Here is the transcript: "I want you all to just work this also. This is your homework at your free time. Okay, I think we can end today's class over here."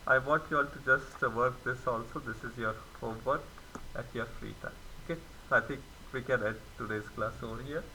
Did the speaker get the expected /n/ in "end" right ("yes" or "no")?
no